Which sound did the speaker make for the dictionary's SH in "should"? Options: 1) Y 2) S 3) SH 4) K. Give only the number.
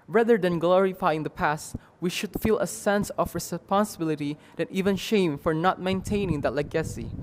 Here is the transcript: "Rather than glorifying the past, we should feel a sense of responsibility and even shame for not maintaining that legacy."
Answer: 3